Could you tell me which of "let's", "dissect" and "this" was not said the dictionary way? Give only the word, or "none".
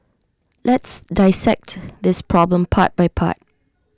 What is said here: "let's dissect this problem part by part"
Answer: none